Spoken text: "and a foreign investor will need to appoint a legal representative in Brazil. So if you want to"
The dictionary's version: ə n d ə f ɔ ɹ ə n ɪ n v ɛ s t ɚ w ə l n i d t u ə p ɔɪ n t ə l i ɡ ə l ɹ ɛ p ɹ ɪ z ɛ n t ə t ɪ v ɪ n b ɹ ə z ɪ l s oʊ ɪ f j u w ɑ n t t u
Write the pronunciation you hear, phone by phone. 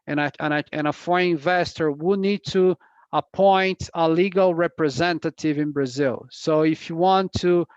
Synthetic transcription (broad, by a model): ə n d ə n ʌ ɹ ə ɪ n v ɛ s t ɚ w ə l n i d t u ə p ɔɪ n t ə l i ɡ ə l ɹ ɛ p ɹ ɪ z ɛ n t ə t ɪ v ɪ n b ɹ ə z ɪ l s oʊ ɪ f j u w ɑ n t t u